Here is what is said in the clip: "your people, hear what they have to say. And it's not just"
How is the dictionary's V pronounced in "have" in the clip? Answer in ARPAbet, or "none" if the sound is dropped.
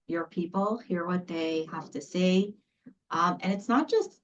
F